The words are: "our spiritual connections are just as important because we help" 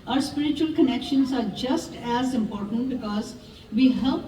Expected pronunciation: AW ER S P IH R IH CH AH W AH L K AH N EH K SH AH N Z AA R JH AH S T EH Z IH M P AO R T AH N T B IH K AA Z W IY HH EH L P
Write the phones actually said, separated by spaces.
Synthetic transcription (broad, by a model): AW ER S P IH R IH CH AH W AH L K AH N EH K SH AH N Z AA R JH AH S T EH Z IH M P AO R T AH N T B IH K AA Z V IY HH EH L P